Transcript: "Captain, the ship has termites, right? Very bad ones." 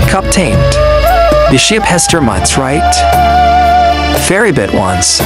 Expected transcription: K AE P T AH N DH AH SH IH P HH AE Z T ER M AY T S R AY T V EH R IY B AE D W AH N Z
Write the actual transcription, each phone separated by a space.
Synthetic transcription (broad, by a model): K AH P T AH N DH AH SH IH P HH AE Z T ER M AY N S R AY T F EH R IY B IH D W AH N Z